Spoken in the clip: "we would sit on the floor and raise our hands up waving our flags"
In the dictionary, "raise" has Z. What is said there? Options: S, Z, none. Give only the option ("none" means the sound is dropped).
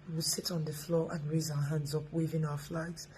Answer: Z